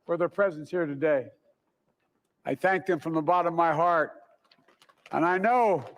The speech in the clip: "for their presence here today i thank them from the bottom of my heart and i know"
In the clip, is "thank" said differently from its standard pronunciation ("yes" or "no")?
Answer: no